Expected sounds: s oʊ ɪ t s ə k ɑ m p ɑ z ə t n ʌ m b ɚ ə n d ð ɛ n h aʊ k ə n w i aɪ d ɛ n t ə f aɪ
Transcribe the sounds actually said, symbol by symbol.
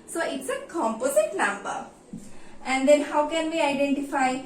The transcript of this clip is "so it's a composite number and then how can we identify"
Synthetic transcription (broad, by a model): s oʊ ɪ t s ə k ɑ m p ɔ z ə t l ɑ m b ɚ ə n d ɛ n h aʊ k ə n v i aɪ d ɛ n t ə f aɪ